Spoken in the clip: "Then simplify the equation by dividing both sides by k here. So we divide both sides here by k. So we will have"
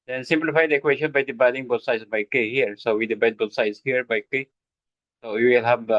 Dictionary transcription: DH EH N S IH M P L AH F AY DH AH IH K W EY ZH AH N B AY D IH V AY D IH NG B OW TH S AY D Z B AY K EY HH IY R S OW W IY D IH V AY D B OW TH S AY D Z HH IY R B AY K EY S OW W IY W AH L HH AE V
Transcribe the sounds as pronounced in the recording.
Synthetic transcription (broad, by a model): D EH N S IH M P L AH F AY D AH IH K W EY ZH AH N B AY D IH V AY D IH NG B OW T S AY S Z B AY K EY HH IY R S OW W IY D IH B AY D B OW T S AY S HH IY R B AY K EY S OW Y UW W AH L HH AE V